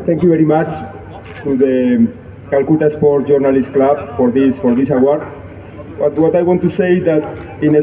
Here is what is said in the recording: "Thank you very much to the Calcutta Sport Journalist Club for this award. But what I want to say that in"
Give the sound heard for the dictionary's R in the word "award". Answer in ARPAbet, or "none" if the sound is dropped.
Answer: W